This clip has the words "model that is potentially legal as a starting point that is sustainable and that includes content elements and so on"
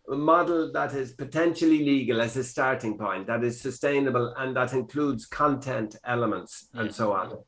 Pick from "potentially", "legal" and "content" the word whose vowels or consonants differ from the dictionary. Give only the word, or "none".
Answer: none